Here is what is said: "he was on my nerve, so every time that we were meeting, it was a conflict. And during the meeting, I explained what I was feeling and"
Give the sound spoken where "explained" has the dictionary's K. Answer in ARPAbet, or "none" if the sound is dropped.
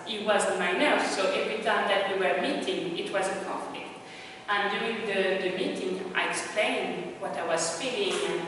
K